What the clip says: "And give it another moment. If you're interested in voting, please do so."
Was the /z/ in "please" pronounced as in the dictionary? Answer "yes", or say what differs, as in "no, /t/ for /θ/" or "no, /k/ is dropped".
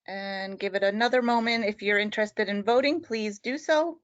yes